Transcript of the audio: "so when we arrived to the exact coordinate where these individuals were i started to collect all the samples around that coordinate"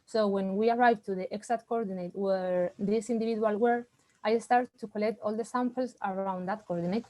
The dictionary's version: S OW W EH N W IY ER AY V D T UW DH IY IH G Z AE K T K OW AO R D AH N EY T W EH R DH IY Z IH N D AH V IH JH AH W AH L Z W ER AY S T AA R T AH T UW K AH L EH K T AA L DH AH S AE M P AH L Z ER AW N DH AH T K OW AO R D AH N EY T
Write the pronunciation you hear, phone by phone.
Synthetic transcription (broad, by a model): S OW W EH N W IY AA AY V T UW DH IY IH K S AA T K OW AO R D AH N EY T W EH R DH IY S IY N D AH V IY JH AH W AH L W ER AY S T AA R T T UW K AH L EH K T AA L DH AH S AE M P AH L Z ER AW N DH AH T K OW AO R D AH N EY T